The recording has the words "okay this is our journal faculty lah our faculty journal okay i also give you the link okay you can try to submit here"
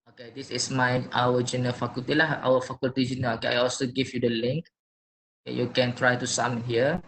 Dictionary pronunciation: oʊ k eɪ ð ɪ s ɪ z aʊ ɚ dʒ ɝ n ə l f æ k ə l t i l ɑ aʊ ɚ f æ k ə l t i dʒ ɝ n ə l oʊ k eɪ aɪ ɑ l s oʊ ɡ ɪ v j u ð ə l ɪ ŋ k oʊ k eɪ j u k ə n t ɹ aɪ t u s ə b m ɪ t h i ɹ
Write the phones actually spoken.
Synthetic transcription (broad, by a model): oʊ k eɪ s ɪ s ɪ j aʊ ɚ dʒ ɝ n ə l f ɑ k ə l t i l ɑ aʊ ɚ f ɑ k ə l t i dʒ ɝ n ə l oʊ k eɪ aɪ ɑ l s oʊ ɡ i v j u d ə l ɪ ŋ k oʊ k eɪ j u k ə n t ɹ aɪ t u s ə m h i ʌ